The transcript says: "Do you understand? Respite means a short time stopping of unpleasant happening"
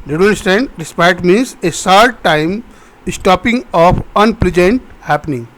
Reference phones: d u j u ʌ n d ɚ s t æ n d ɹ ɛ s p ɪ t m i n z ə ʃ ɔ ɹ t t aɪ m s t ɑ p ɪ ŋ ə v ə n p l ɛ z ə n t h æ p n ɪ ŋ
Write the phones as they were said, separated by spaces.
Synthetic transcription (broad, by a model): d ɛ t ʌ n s t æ n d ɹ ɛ s p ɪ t m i n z ə s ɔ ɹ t t aɪ m s t ɑ p ɪ ŋ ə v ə n p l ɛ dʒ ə n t h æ p n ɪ ŋ